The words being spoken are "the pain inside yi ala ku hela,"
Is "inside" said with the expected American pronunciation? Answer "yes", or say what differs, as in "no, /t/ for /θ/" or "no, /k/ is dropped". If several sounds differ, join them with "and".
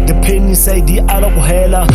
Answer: no, /n/ is dropped